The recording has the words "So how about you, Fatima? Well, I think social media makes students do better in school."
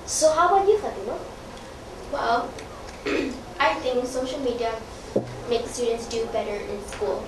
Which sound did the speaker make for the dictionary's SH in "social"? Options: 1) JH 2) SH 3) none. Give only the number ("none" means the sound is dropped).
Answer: 2